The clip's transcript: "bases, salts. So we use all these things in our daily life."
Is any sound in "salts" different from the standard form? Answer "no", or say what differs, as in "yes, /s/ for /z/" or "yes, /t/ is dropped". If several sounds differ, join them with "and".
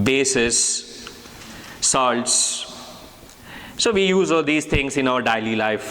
no